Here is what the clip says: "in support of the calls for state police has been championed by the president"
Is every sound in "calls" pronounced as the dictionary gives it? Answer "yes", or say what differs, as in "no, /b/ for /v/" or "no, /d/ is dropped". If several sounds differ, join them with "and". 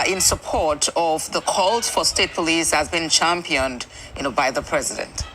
yes